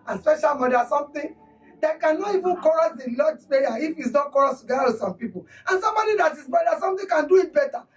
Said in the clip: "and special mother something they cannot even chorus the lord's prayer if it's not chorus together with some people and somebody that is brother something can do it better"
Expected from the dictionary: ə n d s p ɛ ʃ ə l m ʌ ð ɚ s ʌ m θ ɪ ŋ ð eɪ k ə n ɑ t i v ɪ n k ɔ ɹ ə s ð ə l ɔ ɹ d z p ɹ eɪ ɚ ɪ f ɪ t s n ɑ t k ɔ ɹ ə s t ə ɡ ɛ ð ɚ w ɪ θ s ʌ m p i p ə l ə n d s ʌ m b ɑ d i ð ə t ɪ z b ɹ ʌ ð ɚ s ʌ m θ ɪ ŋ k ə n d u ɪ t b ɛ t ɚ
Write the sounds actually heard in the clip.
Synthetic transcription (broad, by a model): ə n s p ɛ ʃ ə l m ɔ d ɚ s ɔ m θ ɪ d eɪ k ə n ɑ t i v ɪ n k ɔ ɹ ə s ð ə l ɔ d s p eɪ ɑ ɪ f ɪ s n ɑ k ɔ ɹ ə s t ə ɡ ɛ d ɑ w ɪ s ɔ m p i p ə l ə n s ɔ m b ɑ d i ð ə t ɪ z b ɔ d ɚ s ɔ m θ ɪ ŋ k ə n d u ɪ t b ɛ t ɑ